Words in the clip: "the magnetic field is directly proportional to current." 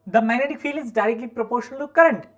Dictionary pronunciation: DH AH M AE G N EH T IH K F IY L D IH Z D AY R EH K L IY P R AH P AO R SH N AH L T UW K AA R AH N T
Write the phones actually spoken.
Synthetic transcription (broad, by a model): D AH M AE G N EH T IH K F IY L IH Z D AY R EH K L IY P R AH P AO R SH AH N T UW K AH R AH N T